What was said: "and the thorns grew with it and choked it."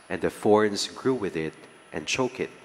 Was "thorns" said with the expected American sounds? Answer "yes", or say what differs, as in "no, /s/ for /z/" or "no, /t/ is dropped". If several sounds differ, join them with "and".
no, /f/ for /θ/